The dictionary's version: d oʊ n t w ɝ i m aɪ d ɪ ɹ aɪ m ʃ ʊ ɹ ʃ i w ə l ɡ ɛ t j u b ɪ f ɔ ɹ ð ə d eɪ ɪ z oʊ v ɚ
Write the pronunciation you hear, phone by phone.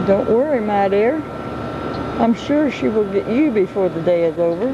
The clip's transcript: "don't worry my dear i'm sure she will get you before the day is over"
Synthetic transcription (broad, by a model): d oʊ n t w ɝ i m aɪ d ɪ ɹ aɪ m ʃ ʊ ɹ ʃ i w ə l ɡ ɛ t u b ɪ f ɔ ɹ ð ə d eɪ ɪ z oʊ v ɚ